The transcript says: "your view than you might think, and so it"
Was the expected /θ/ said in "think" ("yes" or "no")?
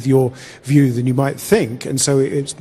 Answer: yes